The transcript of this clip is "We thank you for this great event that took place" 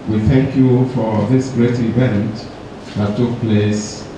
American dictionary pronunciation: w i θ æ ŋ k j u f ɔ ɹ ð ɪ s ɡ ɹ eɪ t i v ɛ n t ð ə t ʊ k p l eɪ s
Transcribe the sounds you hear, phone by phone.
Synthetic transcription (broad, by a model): w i θ æ ŋ k j u f ɔ ɹ ð ɪ s ɡ ɹ eɪ t i v ɛ n t ð ə t ʊ k p l eɪ s